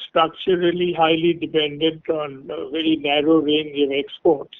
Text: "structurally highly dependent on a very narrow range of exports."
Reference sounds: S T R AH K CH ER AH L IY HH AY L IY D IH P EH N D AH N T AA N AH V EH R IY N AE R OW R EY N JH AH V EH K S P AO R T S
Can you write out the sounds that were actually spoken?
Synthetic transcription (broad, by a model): S T R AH K CH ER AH L IY HH AY L IY D IH P EH N D AH N T AA N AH V EH R IY N AE R OW R EY N JH AH V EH K S P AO R T S